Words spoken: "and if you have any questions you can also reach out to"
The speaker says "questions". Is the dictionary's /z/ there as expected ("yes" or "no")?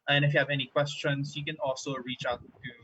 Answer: no